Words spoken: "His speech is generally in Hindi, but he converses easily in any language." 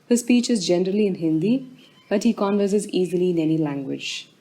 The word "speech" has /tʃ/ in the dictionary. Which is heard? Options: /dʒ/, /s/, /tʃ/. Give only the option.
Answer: /tʃ/